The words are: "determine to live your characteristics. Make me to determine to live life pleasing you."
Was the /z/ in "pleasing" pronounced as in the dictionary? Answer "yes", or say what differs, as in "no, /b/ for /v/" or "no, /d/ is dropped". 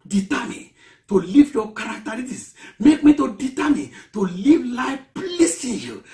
no, /s/ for /z/